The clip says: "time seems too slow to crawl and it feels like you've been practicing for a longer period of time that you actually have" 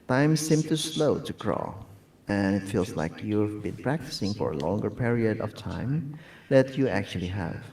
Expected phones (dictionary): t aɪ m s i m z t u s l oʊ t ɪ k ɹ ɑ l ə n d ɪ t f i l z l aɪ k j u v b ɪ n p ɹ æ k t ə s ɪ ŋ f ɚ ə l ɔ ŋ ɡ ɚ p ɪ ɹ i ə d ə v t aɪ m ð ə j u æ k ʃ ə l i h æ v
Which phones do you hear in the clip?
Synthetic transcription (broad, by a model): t aɪ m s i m t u s l oʊ t ɪ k ɹ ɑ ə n ɪ t f i l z l aɪ k j u v b ɪ n p ɹ æ k t ə s ɪ ŋ f ɚ ə l ɔ ŋ ɡ ɚ p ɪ ɹ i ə d ə v t aɪ m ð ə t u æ k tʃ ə l i h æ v